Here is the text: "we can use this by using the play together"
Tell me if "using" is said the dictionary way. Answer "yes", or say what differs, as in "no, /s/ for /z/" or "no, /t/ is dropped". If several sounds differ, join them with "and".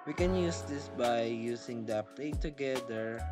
no, /s/ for /z/